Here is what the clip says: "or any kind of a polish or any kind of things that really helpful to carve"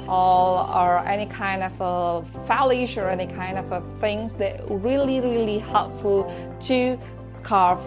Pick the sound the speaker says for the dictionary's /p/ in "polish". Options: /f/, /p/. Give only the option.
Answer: /f/